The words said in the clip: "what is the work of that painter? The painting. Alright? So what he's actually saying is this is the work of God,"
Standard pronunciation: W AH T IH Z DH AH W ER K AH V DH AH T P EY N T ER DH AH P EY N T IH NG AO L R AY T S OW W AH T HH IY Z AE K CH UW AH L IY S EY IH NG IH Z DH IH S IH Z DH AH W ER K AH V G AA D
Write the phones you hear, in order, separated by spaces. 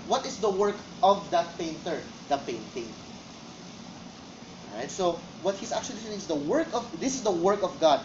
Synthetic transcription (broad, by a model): W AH T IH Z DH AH W ER K AH V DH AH T P EY N T ER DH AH P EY N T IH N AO R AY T S OW W AH T HH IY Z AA K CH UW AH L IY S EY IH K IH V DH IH S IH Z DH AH W ER K AH V G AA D